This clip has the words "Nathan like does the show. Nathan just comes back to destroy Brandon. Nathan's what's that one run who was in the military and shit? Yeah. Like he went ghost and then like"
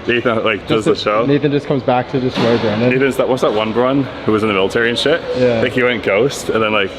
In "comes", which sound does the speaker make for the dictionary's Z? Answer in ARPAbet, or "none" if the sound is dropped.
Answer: Z